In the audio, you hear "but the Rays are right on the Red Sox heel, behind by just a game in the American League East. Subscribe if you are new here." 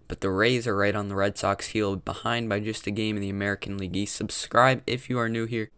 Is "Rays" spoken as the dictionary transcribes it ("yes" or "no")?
yes